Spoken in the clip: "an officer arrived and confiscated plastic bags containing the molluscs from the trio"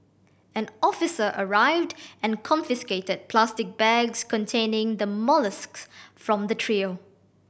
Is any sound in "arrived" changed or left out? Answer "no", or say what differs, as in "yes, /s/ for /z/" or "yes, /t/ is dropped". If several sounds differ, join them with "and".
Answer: no